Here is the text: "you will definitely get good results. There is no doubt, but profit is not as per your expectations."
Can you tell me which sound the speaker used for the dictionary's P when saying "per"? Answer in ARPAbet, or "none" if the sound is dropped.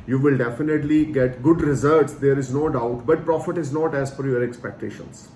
F